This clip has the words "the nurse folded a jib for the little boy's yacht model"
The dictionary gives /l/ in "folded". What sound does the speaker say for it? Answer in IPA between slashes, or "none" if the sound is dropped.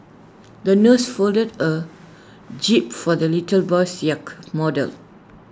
/l/